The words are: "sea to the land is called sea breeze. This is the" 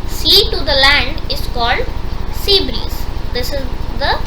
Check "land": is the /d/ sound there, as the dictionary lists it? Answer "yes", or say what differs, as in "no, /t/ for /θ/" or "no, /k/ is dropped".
yes